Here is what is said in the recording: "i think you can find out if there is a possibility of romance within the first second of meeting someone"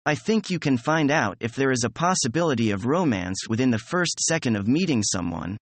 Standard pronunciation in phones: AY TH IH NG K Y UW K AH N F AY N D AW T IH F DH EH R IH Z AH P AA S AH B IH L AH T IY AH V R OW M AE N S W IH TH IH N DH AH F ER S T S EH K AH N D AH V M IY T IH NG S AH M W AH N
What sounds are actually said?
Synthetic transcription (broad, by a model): AY TH IH NG K Y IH K AH N F AY N D AW T IH F DH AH R IH Z AH P AA S AH B IH L AH T IY AH V R OW M AE N S W IH TH IH N DH AH F ER S T S EH K AH N D AH V M IY T IH NG S AH M W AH N